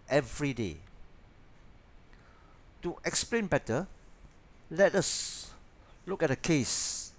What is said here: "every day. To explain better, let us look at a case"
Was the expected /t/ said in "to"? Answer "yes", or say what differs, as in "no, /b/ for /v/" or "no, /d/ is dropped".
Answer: yes